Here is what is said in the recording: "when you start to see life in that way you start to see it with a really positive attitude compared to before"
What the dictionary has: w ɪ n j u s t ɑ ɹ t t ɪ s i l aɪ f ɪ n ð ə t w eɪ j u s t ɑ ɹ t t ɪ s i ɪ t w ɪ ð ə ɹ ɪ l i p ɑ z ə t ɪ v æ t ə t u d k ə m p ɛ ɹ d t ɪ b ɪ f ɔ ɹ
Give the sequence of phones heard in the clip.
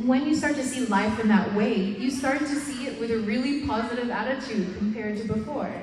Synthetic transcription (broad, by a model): w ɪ n j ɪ s t ɑ ɹ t t ɪ s i l aɪ f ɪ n ð ə t w eɪ j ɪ s t ɑ ɹ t t ɪ s i ɪ t w ɪ ð ə ɹ ɪ l i p ɑ z ə t ɪ v æ t ə t u d k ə m p ɛ ɹ d t ɪ b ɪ f ɔ ɹ